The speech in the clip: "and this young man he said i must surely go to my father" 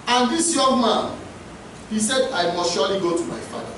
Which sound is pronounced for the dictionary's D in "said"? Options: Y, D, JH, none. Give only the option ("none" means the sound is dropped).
D